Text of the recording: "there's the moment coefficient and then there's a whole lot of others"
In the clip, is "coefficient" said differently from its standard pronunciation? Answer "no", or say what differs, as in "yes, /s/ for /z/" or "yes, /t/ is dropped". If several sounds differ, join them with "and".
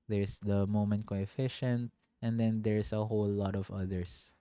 no